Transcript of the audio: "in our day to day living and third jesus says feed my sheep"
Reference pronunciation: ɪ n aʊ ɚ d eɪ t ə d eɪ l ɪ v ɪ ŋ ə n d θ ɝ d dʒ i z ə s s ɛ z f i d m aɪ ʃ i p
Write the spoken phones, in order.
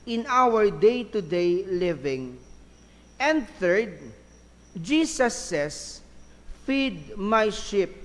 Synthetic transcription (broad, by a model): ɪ n aʊ ɚ d eɪ t ə d eɪ l ɪ v ɪ ŋ ə n d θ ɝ d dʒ i s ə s s ɛ s f i d m aɪ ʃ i p